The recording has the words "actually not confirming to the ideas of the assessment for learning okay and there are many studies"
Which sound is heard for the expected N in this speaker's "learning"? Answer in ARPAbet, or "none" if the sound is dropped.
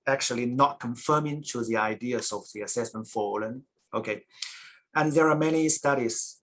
L